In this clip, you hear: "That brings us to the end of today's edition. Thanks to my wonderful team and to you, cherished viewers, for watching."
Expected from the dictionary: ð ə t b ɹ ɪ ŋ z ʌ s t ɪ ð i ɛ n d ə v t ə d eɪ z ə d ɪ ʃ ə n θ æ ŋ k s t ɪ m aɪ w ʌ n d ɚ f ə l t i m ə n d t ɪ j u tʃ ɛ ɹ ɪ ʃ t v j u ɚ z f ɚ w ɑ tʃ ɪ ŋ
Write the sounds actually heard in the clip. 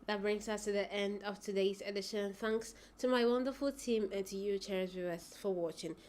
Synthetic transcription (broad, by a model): ð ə t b ɹ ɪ ŋ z ʌ s t ɪ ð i ɛ n d ə v t ə d eɪ z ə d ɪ ʃ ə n θ æ ŋ k s t ɪ m aɪ w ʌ n d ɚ f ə l t i m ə n t ɪ j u tʃ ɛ ɹ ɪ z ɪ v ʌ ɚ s f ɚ w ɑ tʃ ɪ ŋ